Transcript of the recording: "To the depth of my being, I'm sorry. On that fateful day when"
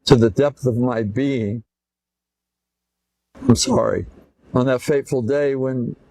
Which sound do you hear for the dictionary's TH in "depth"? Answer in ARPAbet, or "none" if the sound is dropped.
TH